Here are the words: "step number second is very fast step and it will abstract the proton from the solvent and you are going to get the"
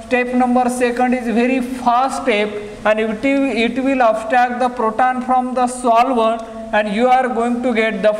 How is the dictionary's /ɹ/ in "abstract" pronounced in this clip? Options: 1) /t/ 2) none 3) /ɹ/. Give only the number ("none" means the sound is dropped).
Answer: 2